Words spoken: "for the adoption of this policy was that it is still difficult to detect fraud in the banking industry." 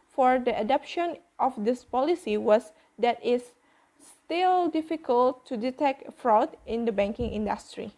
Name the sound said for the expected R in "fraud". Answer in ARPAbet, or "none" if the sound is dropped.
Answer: R